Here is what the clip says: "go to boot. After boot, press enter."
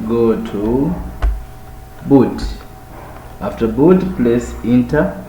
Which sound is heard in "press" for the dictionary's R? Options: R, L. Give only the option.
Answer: L